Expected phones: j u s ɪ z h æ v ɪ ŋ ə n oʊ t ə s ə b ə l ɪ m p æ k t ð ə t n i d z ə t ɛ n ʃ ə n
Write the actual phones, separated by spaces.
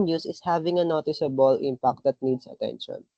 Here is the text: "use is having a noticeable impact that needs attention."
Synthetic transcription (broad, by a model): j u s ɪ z h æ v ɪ ŋ ə n oʊ t ə s ə b ə l ɪ m p æ k t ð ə t n i d s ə t ɛ n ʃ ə n